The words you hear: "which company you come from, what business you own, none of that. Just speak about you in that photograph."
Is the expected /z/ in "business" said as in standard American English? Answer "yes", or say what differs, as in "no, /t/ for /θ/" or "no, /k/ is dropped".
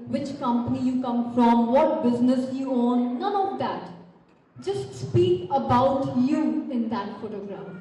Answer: yes